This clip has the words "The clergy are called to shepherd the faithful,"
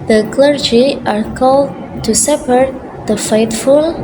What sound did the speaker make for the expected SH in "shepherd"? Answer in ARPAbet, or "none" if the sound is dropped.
S